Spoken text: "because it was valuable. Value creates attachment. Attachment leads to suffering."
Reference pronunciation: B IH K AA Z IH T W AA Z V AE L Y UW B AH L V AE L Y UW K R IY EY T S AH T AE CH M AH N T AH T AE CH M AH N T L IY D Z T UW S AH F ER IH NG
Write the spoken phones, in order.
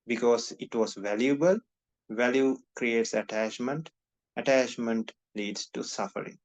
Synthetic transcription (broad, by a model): B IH K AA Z IH T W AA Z V AE L Y UW B AH L V AE L Y UW K R IY EY T S AH T AE CH M AH N T AH T AE CH M AH N T L IY D S T UW S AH F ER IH NG